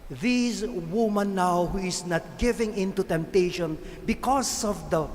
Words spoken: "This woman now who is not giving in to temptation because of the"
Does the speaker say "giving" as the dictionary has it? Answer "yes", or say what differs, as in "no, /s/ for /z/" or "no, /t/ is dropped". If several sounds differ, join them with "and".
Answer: yes